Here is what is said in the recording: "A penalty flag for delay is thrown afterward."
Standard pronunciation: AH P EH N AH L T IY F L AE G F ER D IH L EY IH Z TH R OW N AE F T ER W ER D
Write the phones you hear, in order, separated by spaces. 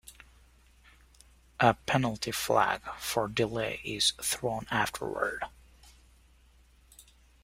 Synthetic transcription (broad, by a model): AH P EH N L T IY F L AE G F ER D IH L EY IH Z TH R OW N AE F T ER W ER D